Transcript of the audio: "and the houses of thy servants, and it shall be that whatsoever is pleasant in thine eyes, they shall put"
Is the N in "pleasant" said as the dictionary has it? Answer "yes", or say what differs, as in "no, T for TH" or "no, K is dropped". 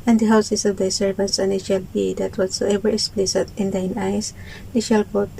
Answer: no, N is dropped